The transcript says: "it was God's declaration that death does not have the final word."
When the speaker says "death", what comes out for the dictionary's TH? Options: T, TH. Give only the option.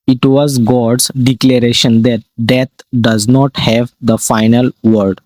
T